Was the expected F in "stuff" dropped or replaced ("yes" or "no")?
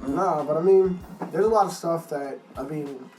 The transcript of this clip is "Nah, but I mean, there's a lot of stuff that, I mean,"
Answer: no